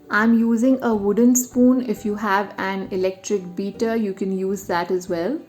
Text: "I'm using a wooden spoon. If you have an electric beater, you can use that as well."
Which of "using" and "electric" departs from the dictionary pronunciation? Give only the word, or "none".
none